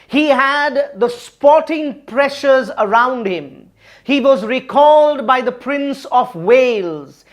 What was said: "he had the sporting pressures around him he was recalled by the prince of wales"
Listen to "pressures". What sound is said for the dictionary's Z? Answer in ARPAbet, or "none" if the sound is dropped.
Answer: Z